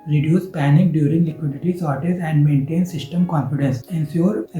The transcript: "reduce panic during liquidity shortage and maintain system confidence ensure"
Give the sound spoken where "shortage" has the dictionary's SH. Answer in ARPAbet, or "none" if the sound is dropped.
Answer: S